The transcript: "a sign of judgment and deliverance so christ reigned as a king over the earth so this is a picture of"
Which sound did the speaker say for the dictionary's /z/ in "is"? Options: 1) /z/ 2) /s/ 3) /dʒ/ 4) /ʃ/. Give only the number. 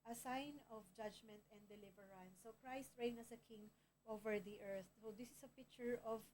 2